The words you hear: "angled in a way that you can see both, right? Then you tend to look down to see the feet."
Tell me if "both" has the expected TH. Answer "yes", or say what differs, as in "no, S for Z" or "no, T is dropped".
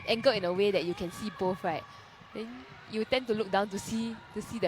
no, F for TH